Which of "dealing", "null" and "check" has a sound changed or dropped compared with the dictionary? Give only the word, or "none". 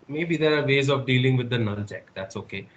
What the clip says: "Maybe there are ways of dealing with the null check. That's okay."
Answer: null